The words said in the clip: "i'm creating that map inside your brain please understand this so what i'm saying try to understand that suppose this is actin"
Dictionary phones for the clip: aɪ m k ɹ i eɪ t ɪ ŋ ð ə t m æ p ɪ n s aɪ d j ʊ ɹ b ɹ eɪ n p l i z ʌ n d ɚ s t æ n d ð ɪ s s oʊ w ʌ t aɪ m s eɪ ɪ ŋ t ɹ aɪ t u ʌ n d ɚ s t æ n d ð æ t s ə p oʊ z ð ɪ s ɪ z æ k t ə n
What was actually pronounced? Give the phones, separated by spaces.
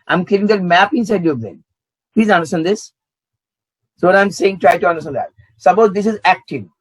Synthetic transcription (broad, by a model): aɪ m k i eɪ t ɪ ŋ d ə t m æ p ɪ n s aɪ d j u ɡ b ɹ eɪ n p l i z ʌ n d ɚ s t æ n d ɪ s s oʊ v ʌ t aɪ m s eɪ ɪ ŋ t ɹ aɪ t u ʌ n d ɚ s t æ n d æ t s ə b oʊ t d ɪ s ɪ z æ k t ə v